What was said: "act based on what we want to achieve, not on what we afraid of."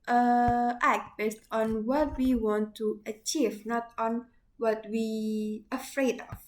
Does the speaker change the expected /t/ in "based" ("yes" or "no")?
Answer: no